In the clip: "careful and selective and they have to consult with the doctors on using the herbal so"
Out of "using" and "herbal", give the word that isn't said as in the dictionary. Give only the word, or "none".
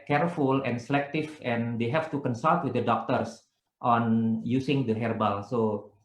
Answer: using